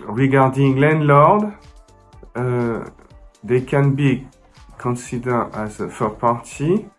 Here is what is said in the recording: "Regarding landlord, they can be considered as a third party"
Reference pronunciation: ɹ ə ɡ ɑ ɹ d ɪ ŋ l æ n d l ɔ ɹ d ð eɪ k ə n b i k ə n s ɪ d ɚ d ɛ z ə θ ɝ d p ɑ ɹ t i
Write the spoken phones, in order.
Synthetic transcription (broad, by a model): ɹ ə ɡ ɑ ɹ d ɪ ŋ l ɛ n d l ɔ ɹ d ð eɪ k ə n b i k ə n s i d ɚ ɑ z ə f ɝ p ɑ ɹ t i